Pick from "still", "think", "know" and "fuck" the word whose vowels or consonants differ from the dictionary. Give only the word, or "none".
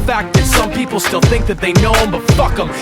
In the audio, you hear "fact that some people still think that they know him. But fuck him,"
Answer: none